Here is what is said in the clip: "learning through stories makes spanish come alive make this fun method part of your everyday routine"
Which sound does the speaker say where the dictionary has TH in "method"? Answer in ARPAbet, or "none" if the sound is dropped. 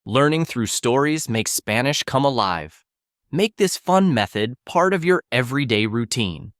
TH